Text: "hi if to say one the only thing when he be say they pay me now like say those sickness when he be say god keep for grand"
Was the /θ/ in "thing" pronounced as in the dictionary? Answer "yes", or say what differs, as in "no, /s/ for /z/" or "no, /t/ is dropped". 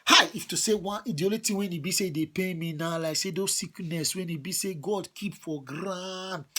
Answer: no, /t/ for /θ/